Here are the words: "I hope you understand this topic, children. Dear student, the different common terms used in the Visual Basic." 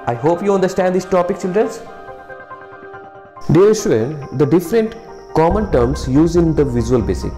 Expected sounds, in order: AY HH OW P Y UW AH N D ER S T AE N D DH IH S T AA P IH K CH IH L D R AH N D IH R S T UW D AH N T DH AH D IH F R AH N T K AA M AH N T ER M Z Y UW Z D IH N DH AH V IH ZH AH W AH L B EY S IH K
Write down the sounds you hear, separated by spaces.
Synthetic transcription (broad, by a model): AY HH OW P Y UW AH N D ER S T AE N D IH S T AA P IH K CH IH L D R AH N D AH R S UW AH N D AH D IH F R AH N T K AA M AH N T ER M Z Y UW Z IH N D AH V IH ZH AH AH L B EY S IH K